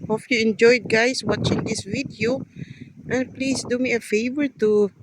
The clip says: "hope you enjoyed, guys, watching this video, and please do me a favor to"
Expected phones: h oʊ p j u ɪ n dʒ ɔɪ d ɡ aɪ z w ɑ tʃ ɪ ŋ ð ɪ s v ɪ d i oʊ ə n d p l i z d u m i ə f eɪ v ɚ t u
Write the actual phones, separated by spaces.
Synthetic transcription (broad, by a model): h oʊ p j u ɪ n dʒ ɔɪ d ɡ aɪ s w ɑ tʃ ɪ ŋ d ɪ s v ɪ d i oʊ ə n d p l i s d u m i ə f eɪ v ɚ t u